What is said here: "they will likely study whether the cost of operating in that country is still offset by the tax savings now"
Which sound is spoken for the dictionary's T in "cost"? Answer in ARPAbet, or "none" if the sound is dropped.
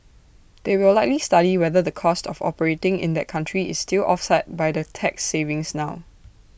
T